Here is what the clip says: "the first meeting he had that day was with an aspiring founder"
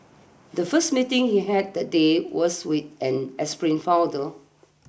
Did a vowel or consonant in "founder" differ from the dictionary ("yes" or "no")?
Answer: yes